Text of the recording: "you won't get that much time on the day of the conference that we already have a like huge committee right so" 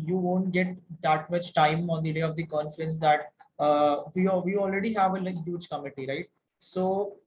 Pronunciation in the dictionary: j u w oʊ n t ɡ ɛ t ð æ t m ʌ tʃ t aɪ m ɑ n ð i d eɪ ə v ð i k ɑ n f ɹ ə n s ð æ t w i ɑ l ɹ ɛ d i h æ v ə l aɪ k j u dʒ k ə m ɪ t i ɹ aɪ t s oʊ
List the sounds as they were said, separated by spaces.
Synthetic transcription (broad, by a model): j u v oʊ n t ɡ ɛ t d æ t m ʌ tʃ t aɪ m ɑ n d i d eɪ ə v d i k ɑ n f ɹ ə n s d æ t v i ɑ l ɹ ɛ d i h æ v ə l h j u dʒ k ə m ɪ t i ɹ aɪ t s oʊ